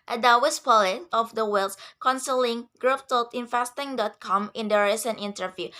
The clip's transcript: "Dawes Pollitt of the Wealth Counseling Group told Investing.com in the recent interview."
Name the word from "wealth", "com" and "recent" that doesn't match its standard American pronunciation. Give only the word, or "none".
wealth